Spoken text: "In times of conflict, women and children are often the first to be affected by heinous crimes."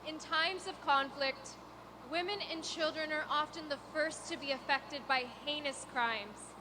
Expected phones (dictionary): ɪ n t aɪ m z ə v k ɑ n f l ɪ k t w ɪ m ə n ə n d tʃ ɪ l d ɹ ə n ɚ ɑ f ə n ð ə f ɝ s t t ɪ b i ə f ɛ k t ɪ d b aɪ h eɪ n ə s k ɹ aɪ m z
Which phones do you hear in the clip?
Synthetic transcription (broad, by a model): ɪ n t aɪ m z ə v k ɑ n f l ɪ k t w ɪ m ə n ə n tʃ ɪ l d ɹ ə n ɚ ɑ f ə n ð ə f ɝ s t t ɪ b i ə f ɛ k t ɪ d b aɪ h eɪ n ə s k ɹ aɪ m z